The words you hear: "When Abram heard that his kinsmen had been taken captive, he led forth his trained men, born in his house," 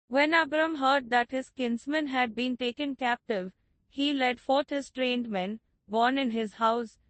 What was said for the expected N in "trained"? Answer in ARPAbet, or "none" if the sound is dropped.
N